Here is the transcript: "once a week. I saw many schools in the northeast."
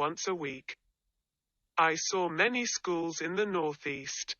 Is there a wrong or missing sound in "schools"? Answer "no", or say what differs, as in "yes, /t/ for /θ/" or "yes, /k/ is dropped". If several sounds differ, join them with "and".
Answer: no